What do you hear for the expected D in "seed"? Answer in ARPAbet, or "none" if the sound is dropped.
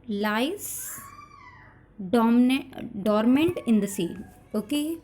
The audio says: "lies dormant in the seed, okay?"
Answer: none